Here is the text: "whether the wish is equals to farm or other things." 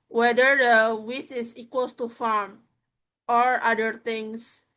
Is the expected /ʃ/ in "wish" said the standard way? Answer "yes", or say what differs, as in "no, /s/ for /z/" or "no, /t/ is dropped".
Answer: no, /s/ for /ʃ/